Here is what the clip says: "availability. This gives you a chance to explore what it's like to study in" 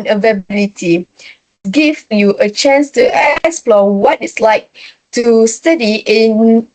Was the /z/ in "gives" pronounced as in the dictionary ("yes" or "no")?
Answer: no